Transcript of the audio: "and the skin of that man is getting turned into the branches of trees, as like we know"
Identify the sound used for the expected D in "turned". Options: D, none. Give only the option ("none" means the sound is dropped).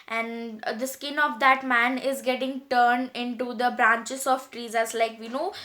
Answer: D